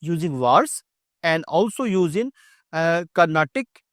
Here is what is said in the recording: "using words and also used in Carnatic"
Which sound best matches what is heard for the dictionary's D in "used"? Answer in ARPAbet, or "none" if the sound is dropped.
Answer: none